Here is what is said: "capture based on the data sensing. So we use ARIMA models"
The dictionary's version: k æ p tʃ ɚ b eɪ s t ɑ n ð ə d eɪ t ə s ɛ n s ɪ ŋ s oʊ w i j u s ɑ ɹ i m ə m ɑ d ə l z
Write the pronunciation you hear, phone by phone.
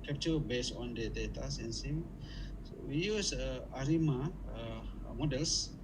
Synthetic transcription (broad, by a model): k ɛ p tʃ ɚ b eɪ s ɑ n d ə d eɪ t ə s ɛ n s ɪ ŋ s oʊ w i j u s ɑ ɹ i m ə m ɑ d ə l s